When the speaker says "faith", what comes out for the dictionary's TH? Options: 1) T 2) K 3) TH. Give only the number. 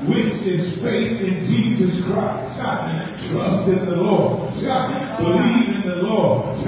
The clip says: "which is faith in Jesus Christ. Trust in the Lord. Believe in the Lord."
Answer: 3